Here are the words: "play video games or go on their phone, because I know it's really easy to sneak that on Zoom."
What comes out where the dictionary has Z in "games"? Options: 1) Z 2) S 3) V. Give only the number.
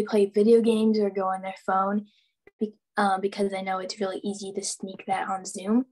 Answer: 1